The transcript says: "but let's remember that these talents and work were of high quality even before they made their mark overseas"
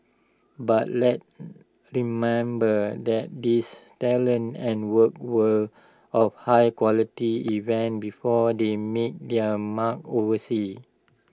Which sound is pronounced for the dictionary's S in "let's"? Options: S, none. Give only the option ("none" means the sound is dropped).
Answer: none